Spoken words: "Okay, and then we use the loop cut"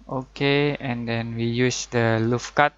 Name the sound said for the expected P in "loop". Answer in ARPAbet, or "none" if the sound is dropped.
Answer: F